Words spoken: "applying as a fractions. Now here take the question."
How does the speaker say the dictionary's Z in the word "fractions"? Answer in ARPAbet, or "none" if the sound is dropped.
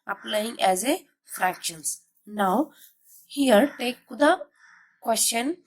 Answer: S